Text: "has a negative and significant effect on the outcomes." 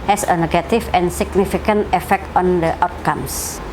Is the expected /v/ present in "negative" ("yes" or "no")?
no